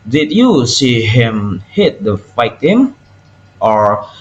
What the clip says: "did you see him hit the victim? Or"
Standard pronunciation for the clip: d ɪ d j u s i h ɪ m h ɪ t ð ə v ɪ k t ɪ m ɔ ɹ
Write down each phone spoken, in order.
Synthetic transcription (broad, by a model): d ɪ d j u s i h ɪ m h ɪ t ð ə f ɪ t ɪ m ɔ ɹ